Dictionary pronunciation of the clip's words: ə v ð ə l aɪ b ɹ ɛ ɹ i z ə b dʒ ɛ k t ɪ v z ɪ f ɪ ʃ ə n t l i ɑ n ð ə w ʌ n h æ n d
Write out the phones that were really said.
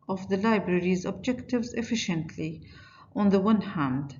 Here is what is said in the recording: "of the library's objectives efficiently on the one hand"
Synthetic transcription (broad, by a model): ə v ð ə l aɪ b ɹ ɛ ɹ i z ə b dʒ ɛ k t ɪ v z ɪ f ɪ ʃ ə n t l i ɑ n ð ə w ʌ n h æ n d